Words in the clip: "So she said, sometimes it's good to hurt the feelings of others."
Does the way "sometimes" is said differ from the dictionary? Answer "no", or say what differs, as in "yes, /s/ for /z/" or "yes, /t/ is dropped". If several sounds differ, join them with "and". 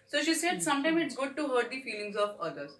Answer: yes, /z/ is dropped